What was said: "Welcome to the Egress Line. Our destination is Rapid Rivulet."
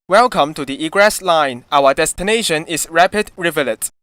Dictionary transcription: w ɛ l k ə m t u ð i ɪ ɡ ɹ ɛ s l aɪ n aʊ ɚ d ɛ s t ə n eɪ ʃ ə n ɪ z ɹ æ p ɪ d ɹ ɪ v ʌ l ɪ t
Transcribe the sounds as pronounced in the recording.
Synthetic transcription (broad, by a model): w ɛ l k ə m t u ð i ɪ ɡ ɹ ɛ s l aɪ n aʊ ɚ d ɛ s t ə n eɪ ʃ ə n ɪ s ɹ æ p ɪ d ɹ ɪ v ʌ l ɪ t